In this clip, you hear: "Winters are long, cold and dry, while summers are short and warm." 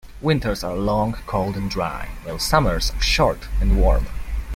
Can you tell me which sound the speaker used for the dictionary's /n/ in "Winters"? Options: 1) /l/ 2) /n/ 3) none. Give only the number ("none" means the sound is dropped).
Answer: 2